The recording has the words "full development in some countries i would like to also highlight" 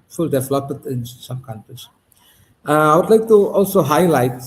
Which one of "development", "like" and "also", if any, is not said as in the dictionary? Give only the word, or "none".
development